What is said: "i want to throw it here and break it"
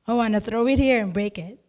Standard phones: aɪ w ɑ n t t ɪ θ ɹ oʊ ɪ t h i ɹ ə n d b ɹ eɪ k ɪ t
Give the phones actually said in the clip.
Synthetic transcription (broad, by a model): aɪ w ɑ n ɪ θ ɹ oʊ ɪ t h i ɹ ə n b ɹ eɪ k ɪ t